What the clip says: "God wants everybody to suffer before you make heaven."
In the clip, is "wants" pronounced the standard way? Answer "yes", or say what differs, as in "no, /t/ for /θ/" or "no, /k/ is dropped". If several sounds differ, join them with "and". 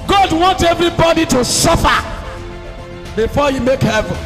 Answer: no, /s/ is dropped